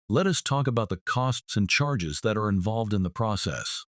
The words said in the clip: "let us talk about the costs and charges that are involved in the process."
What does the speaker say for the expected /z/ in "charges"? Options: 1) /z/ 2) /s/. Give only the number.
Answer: 1